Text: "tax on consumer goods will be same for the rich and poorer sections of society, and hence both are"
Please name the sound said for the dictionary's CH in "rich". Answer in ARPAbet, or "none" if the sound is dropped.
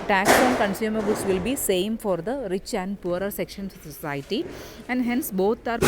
CH